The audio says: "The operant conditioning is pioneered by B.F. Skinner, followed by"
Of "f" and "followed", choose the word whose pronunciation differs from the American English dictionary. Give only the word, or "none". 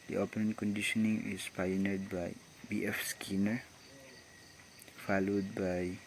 none